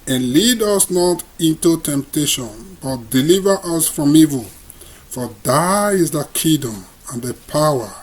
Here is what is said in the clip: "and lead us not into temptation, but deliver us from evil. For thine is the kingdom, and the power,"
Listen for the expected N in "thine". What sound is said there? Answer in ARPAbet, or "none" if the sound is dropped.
none